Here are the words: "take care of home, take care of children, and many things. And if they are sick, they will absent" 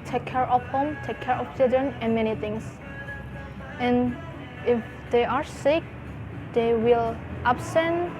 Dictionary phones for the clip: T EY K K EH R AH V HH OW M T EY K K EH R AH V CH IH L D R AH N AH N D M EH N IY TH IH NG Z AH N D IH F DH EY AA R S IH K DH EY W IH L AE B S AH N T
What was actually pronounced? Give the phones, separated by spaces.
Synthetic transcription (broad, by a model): T EY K K EH R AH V HH OW M T EY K K EH R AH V CH IH L D R AH N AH N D M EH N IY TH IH NG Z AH N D IH F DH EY AA R S IH K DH EY W IH L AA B S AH N